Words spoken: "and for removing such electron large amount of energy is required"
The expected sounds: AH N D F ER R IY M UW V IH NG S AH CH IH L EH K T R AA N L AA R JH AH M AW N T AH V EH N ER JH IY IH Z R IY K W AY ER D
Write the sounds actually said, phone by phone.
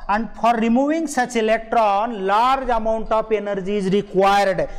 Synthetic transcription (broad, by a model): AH N D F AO R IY M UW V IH NG S AH CH IH L EH K T R AA N L AA R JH AH M AW N T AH P EH N ER JH IY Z R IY K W AY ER D